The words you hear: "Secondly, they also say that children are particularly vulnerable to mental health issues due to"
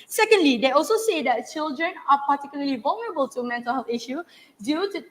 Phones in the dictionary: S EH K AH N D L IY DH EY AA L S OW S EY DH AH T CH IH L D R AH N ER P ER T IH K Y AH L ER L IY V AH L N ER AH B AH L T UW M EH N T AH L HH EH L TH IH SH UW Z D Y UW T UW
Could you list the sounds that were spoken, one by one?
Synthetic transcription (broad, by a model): S EH K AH N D L IY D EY AA L S OW S EY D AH T CH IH L D R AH N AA P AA T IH K Y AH L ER L IY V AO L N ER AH B AH L T UW M EH N T AH L HH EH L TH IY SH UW D Y UW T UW